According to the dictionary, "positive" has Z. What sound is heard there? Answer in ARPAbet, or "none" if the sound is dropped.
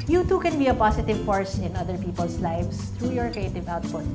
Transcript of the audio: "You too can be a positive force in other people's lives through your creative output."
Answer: S